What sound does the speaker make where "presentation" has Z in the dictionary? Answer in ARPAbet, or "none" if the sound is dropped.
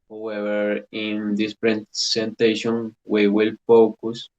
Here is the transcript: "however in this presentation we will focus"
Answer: S